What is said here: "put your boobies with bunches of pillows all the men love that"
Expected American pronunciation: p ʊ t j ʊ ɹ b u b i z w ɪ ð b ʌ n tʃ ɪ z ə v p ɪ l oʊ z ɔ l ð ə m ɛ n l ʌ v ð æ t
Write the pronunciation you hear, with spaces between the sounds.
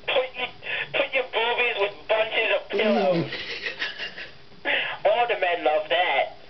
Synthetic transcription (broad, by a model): p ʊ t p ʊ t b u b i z w ɪ ð b ʌ n tʃ ɪ z ə v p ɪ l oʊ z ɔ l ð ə m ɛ n l ʌ v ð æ t